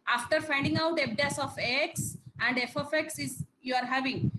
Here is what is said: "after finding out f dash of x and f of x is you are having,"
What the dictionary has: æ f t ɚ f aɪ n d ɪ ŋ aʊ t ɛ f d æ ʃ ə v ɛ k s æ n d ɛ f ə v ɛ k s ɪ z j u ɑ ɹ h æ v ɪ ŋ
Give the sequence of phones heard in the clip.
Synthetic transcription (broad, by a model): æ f t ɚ f aɪ n d ɪ ŋ aʊ t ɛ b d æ s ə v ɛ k s æ n d ɛ f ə f ɛ k s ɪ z j u ɑ ɹ h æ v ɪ ŋ